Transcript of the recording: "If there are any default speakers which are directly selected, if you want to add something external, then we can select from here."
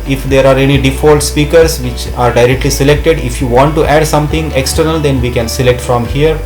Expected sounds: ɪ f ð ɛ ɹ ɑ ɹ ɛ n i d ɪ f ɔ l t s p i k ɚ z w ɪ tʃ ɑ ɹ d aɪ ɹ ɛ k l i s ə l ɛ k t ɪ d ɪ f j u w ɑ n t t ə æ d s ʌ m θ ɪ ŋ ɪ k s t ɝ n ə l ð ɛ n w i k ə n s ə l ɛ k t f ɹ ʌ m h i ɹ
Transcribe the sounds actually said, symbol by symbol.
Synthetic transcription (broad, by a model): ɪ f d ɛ ɹ ɑ ɹ ɛ n i d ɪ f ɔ l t s p i k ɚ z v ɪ tʃ ɑ ɹ d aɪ ɹ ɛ k l i s ə l ɛ k t ɪ d ɪ f j u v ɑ n t t æ d s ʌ m t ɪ ŋ ɪ k s t ɝ n ə l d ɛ n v i k ə n s ə l ɛ k t f ɹ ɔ m h i ɹ